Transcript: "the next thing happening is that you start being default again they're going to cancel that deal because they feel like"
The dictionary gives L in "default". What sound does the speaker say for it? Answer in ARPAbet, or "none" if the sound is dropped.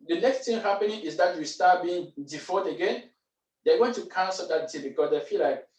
none